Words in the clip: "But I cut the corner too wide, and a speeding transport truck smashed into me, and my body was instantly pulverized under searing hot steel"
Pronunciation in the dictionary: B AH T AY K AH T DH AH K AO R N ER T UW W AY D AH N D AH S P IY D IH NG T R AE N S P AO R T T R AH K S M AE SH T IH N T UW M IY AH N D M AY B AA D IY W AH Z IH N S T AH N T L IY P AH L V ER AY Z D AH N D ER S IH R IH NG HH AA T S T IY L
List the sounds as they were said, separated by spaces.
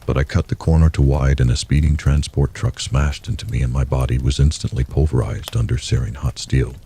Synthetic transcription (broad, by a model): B AH T AY K AH T DH AH K AO R N ER T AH W AY D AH N AH S P IY D IH NG T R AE N S P AO R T T R AH K S M AE SH T IH N T UW M IY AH N M AY B AA D IY W AH Z IH N S T AH N T L IY P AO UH V ER AY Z D AH N D ER S IH R IH NG HH AA T S T IY L